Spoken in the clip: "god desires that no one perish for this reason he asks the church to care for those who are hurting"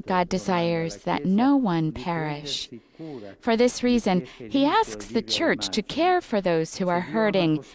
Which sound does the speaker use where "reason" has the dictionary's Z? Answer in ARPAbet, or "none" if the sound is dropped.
Z